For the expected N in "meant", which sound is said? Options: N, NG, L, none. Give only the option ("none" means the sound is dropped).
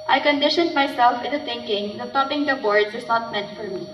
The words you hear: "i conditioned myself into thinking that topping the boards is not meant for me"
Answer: N